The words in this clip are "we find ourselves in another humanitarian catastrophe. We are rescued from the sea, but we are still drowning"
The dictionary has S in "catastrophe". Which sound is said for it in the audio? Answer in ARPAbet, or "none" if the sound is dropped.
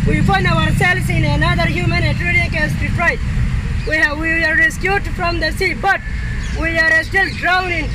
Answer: none